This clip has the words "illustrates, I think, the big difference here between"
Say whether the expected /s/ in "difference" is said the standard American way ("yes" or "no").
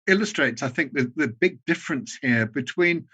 yes